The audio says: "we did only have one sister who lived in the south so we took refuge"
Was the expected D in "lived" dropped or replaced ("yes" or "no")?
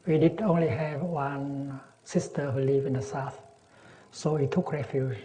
yes